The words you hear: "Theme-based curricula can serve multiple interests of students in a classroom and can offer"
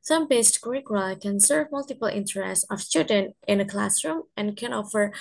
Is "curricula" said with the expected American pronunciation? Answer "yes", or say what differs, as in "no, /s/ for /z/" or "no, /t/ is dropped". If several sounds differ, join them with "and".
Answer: no, /l/ is dropped